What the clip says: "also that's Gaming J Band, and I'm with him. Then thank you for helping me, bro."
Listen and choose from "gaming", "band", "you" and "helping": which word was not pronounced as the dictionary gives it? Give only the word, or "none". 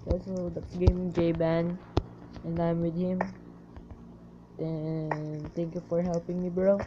band